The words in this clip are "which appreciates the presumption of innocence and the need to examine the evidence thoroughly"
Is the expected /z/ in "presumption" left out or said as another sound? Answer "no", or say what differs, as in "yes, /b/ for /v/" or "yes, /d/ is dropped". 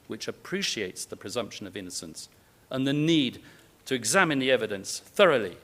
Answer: no